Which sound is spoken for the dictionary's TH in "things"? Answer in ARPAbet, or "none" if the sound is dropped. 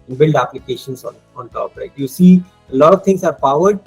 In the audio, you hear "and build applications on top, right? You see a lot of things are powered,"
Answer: T